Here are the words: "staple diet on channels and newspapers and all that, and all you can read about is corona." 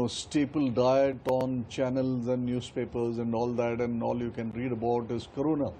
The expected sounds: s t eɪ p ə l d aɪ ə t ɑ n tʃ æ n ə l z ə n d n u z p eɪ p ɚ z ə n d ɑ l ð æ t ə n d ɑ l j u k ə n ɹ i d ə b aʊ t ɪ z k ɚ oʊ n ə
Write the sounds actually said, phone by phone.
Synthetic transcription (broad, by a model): s t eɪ p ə l d aɪ ə t ɑ n tʃ æ n ə l z ə n d n u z p eɪ p ɚ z ə n d ɑ l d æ t ə n d ɑ l j u k ə n ɹ i d ə b aʊ t ɪ z k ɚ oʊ n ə